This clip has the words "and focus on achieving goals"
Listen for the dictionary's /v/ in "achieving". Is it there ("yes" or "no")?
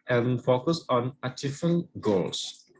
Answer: no